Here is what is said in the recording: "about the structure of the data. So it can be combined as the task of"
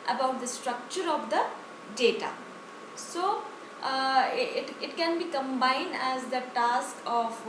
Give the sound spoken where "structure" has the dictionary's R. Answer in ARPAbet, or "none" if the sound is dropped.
R